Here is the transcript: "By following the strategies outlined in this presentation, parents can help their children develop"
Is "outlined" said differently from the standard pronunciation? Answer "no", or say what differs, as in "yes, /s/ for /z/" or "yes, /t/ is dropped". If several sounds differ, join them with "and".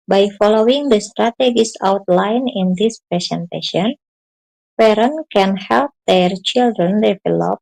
yes, /d/ is dropped